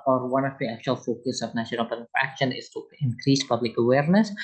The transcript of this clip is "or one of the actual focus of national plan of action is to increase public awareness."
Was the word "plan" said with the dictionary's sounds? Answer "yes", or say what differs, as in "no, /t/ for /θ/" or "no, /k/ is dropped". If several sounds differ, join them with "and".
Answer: no, /l/ is dropped